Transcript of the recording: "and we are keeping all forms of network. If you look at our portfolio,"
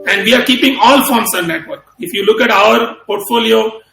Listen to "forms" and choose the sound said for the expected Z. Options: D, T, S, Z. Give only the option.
S